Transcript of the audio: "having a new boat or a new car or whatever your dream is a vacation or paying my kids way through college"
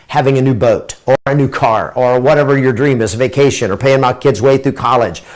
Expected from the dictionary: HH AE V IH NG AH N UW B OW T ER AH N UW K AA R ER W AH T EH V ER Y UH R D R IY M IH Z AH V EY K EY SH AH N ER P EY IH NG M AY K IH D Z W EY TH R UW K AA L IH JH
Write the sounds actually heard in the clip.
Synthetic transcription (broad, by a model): HH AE V IH NG AH N UW B OW T ER AH N UW K AA R ER W AH T EH V ER Y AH R D R IY M IH Z V EY K EY SH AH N ER P EY IH NG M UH K IH D Z W EY TH R UW K AA L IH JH